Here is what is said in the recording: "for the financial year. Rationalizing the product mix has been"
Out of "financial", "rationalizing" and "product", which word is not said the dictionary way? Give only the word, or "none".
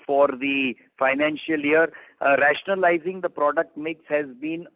none